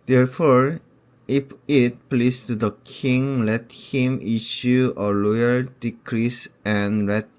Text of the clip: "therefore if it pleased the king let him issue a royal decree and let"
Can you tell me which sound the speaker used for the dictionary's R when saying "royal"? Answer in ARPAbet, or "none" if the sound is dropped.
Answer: L